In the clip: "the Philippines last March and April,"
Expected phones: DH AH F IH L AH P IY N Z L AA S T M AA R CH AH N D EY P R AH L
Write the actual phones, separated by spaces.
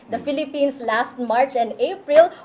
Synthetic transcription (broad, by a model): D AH F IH L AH P IY N S L AA S T M AA R CH AH N D EY P R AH L